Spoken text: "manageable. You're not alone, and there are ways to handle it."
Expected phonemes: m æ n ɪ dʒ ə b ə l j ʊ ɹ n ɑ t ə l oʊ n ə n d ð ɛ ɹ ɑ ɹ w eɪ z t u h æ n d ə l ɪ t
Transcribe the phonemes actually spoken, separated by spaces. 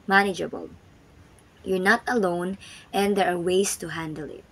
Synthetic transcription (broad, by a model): m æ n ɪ dʒ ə b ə l j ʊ ɹ n ɑ t ə l oʊ n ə n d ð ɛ ɹ ɑ ɹ w eɪ s t u h æ n d ə l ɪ t